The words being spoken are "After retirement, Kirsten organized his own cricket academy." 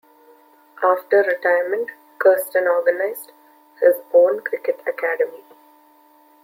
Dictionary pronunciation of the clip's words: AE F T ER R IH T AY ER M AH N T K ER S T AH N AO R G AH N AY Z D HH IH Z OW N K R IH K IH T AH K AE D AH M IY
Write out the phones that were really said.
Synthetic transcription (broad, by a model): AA F T ER R IH T AY ER M AH N T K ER S T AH N AO R G AH N AY Z D HH IH Z OW N K R IH K IH T AH K AE D AH M IY